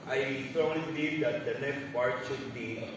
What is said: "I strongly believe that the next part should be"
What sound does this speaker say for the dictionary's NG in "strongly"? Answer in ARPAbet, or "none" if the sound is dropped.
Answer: none